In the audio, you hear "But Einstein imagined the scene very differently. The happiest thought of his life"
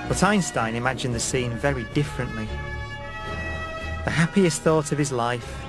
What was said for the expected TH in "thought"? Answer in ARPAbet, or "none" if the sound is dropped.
TH